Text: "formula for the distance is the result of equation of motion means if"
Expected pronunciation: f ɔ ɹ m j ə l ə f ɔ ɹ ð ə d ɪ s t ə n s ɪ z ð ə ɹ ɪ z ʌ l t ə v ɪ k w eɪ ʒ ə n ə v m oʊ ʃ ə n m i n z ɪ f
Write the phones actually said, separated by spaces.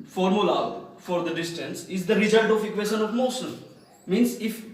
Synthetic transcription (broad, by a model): f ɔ ɹ m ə l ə f ɔ ɹ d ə d ɪ s t ə n s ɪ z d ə ɹ ɪ z ʌ l t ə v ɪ k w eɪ ʃ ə n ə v m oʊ s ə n m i n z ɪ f